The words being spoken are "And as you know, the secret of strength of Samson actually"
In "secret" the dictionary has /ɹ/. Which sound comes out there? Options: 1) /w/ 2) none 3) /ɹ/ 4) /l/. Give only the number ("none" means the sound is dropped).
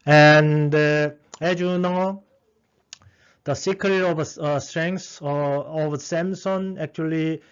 2